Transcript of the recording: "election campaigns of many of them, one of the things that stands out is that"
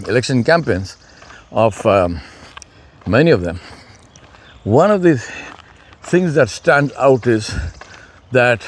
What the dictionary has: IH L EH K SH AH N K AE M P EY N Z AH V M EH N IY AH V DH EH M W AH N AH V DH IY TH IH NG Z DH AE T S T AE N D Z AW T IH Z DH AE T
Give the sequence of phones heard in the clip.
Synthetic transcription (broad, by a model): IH L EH K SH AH N K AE M P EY N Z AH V M EH N IY AH V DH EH M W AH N AH V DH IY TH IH NG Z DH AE T S T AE N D AW T IH Z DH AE T